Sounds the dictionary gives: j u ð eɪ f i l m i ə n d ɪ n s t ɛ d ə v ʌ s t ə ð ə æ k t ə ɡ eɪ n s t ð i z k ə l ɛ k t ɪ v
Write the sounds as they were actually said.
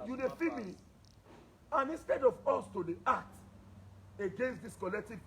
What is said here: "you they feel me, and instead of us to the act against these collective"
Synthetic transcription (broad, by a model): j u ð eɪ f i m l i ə n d ɪ n s t ɛ d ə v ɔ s t ə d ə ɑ t ə ɡ eɪ n s t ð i s k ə l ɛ k t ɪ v